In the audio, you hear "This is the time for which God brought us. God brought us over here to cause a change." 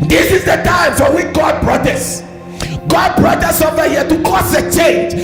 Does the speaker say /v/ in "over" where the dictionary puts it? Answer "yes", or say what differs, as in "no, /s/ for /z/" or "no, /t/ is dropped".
no, /f/ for /v/